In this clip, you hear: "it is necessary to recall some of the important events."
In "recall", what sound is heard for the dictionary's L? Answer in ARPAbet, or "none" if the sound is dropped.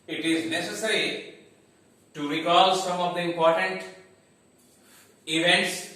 L